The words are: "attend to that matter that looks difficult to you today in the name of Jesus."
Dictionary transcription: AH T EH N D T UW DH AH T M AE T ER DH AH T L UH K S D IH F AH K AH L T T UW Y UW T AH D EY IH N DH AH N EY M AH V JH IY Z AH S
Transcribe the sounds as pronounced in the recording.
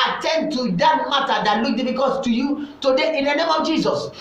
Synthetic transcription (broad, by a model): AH T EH N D T UW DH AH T M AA T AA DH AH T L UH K D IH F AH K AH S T T UW Y UW T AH D EY IH N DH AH N EY M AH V JH IY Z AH S